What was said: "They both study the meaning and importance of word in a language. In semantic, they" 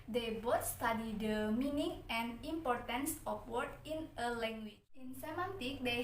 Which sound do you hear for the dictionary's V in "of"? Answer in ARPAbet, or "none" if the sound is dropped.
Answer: P